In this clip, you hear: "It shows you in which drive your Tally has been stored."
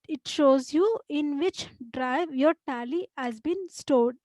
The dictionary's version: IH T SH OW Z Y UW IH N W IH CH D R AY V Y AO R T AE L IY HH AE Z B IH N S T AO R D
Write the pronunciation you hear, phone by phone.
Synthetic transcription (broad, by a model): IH T SH OW Z Y UW IH N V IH CH D R AY V Y AO R T AE L IY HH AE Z B IH N S T AO D